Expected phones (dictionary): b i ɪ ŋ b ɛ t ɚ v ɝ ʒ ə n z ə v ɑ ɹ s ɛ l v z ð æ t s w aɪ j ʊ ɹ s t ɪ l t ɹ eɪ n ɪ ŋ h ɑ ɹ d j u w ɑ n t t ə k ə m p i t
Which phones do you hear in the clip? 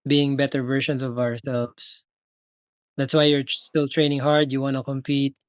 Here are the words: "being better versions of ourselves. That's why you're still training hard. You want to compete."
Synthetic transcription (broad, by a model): b i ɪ ŋ b ɛ t ɚ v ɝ ʃ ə n s ə v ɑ ɹ s ɛ l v s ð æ t s w aɪ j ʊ ɹ s t ɪ l t ɹ eɪ n ɪ ŋ h ɑ ɹ d j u w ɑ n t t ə k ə m p i t